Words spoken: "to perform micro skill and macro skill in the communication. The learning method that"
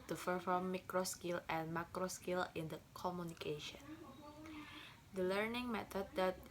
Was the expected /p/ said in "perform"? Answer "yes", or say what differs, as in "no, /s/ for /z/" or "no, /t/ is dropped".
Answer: no, /f/ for /p/